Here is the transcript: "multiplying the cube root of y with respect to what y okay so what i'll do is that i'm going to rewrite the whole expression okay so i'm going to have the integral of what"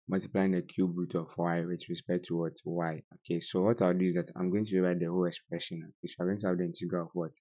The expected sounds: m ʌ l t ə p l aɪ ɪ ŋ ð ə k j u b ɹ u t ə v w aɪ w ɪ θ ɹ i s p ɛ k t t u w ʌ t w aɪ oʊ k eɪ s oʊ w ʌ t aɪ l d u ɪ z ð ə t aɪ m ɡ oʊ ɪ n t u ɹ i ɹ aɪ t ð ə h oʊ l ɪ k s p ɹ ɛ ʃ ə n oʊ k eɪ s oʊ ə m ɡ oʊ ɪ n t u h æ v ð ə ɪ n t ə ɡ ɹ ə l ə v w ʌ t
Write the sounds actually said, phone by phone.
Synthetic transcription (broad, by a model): m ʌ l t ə p l aɪ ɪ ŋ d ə k j u b ɹ u t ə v w aɪ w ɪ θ ɹ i s p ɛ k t t u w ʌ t w aɪ oʊ k eɪ s oʊ w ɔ t aɪ w d u ɪ z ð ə t aɪ m ɡ oʊ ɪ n t u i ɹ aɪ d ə h oʊ l ɪ k s p ɹ ɛ ʃ ə n oʊ k eɪ s oʊ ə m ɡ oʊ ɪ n t u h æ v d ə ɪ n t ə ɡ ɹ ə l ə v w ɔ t